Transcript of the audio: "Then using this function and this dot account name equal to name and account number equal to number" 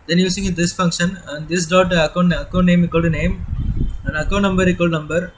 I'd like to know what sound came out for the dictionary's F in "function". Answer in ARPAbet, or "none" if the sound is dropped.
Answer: F